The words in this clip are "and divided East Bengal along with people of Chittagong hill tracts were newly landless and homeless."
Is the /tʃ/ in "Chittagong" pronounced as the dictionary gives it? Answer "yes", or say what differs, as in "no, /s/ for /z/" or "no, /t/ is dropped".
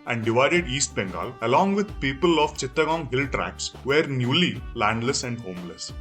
yes